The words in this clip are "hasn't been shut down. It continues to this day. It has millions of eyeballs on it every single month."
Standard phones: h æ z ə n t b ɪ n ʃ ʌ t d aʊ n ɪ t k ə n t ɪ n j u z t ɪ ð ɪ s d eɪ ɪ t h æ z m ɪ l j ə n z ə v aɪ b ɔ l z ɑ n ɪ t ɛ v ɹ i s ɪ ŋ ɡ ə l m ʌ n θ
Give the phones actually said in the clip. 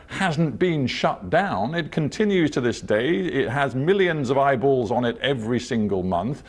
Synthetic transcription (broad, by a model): h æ z n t b ɪ n ʃ ʌ t d aʊ n ɪ t k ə n t ɪ n j u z t ɪ ð ɪ s d eɪ ɪ t h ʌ z m ɪ l j ə n z ə v aɪ b ɔ l z n ɪ t ɛ v ɹ i s ɪ ŋ ɡ ə l m ʌ n θ